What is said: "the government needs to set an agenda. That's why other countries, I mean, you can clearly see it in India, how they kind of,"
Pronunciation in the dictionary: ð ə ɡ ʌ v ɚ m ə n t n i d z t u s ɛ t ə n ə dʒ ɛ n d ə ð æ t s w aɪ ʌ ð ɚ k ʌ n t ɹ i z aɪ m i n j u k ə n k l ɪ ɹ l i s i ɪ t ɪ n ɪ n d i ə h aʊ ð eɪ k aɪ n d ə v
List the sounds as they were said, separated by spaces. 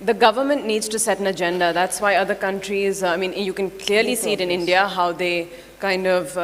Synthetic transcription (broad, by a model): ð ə ɡ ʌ v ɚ m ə n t n i d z t u s ɛ t ə n ə dʒ ɛ n d ə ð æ t s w aɪ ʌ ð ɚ k ʌ n t ɹ i z aɪ m i n j u k ə n k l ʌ ɹ l i s i ɪ t ɪ n ɪ n d i ə h aʊ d eɪ k aɪ n d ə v